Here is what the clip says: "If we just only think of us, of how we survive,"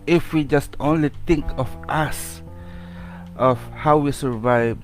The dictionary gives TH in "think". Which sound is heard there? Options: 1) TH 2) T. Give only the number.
2